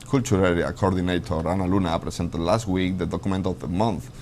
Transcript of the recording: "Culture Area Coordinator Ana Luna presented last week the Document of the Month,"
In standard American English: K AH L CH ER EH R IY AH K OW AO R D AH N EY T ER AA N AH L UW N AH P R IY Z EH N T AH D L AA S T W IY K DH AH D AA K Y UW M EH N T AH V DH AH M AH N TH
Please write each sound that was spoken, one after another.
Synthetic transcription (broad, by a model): K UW L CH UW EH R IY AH K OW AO R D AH N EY T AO AA N AH L UW N AH P R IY S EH N T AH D L AA S T W IY K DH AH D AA K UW M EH N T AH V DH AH M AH N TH